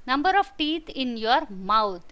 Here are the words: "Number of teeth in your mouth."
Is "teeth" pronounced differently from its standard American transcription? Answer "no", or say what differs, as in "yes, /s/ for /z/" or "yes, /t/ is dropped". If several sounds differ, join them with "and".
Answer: yes, /t/ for /θ/